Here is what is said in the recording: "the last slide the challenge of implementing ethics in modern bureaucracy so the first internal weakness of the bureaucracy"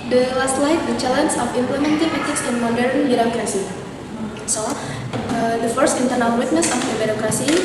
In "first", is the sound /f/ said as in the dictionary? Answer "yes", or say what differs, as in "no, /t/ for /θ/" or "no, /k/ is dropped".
yes